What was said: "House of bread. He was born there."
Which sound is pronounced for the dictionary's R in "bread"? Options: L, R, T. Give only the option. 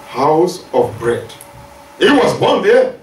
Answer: R